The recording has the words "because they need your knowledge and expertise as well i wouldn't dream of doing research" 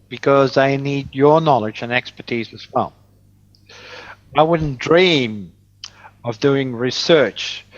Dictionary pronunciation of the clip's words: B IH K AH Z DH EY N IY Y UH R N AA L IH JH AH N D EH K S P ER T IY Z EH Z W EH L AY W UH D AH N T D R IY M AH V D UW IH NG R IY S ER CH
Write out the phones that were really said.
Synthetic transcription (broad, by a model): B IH K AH Z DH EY N IY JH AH R N AA L IH JH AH N EH K S P ER T IY Z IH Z W EH L AY W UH D N D R IY M AH V D UW IH NG R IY S ER CH